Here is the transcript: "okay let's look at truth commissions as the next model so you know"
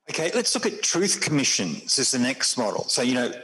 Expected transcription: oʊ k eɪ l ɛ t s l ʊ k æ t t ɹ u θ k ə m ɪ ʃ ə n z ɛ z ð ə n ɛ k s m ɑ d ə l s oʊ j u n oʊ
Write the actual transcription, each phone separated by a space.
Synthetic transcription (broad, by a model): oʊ k eɪ l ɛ t s l ʊ k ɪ t t ɹ u θ k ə m ɪ ʃ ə n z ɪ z ð ə n ɛ k s m ɑ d l s oʊ j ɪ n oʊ